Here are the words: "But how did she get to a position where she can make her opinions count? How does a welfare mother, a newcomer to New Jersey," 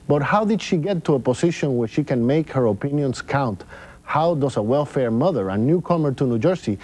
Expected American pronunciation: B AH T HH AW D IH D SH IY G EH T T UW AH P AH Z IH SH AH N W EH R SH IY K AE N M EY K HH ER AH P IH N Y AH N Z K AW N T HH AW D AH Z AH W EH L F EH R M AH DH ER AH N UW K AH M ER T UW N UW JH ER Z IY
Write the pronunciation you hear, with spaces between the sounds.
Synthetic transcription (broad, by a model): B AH T HH AW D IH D SH IY G EH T T UW AH P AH S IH SH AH N W EH R SH IY K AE N M EY K HH ER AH P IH N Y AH N S K AW N T HH AW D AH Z AH W EH L F EH R M AH DH ER AH N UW K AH M ER T UW N UW JH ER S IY